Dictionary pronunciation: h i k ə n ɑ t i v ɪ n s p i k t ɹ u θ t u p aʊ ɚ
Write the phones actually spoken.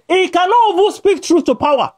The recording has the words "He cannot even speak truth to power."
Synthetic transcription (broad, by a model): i k ə n ɑ t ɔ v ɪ s p i k t ɹ u θ t u p aʊ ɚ